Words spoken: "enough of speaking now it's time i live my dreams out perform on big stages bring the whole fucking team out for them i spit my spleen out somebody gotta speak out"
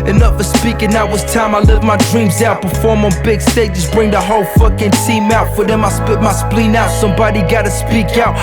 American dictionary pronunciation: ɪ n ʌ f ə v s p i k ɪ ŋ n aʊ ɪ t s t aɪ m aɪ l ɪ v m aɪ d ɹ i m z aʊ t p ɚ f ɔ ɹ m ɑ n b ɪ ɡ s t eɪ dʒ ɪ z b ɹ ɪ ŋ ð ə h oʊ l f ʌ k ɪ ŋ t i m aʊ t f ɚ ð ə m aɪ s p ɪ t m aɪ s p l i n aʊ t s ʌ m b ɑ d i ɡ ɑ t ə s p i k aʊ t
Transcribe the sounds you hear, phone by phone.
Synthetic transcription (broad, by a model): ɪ n ʌ f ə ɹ s p i k ɪ ŋ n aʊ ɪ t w t aɪ m aɪ l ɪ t m aɪ d ɹ i m z aʊ t b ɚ f ɔ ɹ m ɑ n b ɪ ɡ s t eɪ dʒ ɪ s b ɹ ɪ ŋ ð ə h oʊ l f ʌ k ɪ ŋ t i m aʊ t f ɚ ð ə m aɪ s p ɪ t m aɪ s p l i n aʊ t s ʌ m b ɑ d i ɡ ɑ t ə s p i k aʊ t